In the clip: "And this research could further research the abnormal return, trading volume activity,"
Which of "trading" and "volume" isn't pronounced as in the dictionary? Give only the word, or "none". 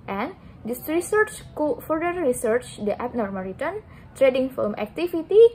volume